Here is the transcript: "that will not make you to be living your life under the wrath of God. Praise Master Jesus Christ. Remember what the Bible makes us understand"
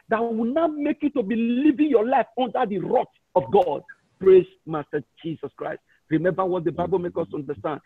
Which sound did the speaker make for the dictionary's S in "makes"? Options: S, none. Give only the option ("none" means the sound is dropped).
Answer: none